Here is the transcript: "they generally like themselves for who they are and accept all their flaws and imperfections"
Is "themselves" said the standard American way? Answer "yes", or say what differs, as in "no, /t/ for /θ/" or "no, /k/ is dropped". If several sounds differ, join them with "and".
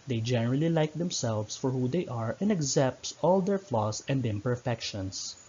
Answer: no, /s/ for /z/